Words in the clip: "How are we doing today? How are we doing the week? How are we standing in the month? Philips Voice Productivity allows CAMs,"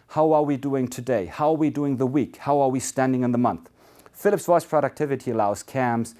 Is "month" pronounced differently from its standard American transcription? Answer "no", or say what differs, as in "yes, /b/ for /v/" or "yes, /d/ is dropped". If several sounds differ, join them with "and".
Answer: no